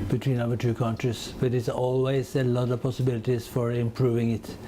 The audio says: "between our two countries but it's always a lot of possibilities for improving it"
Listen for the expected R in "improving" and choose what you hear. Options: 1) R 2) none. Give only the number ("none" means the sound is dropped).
1